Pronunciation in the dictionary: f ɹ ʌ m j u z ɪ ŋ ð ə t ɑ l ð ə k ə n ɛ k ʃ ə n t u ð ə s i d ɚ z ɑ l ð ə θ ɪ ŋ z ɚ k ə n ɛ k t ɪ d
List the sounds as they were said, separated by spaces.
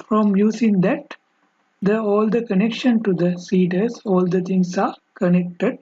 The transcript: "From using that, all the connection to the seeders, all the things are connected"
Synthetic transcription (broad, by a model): f ɹ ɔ m j u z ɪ ŋ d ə t ɑ l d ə k ə n ɛ k ʃ ə n t u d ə s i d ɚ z ɑ l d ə t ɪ ŋ s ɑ k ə n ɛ k t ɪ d